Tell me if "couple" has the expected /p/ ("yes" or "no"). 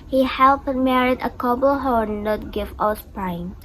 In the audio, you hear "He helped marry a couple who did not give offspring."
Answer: no